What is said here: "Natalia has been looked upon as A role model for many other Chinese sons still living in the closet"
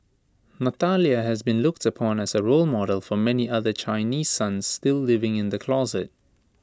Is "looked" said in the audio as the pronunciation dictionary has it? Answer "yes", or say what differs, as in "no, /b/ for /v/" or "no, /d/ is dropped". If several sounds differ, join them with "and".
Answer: yes